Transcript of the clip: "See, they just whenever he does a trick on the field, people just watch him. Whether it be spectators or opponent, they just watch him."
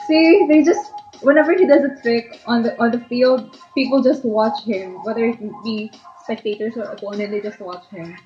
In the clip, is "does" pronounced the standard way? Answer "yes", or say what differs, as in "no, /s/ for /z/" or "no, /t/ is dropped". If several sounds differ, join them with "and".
yes